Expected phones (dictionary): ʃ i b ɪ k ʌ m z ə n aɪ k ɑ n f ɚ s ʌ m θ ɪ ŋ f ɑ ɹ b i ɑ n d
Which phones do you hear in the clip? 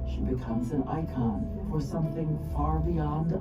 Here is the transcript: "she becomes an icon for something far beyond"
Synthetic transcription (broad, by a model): ʃ i b ɪ k ʌ m z ə n aɪ k ɑ n f ɚ s ʌ m θ ɪ ŋ f ɑ ɹ b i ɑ n d